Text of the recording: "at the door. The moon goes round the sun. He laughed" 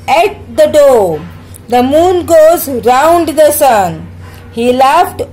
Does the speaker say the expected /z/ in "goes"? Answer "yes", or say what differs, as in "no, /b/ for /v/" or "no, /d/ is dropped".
yes